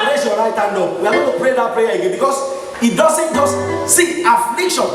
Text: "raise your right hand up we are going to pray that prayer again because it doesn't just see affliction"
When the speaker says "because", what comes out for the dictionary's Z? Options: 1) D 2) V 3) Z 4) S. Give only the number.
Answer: 4